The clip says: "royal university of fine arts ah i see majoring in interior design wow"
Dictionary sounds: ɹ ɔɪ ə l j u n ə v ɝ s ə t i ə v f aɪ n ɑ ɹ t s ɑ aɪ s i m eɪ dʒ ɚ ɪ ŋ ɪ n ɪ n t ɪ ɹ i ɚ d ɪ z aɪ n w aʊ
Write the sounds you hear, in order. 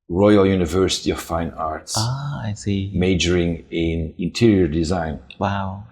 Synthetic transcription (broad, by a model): ɹ ɔɪ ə l j u n ə v ɝ s ə t i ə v f aɪ n ɑ ɹ t s ɑ aɪ s i m eɪ dʒ ɚ ɪ ŋ ɪ n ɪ n t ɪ ɹ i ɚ d ɪ z aɪ n w aʊ